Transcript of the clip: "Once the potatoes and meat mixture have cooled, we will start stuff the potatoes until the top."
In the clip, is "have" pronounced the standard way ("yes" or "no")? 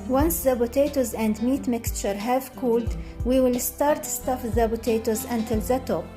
yes